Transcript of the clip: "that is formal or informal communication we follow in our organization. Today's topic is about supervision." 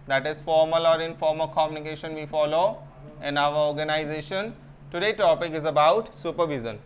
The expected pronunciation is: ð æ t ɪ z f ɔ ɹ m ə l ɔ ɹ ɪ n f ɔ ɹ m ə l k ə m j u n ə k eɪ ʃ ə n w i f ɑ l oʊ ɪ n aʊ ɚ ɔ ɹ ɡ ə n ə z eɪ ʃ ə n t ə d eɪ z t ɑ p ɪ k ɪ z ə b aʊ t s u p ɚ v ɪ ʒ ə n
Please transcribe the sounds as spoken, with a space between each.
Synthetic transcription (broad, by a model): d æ t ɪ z f ɔ ɹ m ə l ɔ ɹ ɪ n f ɔ ɹ m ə k ə m j u n ə k eɪ ʃ ə n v i f ɑ l oʊ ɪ n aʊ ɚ ɔ ɹ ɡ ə n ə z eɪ ʃ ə n t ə d eɪ t ɑ p ɪ k ɪ z ə b aʊ t s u p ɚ v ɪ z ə n